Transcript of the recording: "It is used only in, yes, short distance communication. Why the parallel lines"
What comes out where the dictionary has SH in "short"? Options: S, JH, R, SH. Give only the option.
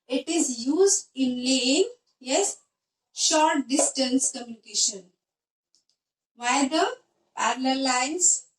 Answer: SH